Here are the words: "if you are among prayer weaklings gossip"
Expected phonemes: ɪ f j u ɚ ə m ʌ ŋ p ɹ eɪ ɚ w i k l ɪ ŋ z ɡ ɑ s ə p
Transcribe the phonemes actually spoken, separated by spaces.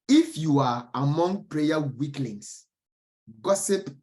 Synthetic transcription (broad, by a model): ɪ f j u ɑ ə m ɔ ŋ p ɹ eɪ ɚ w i k l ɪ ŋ s ɡ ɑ s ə p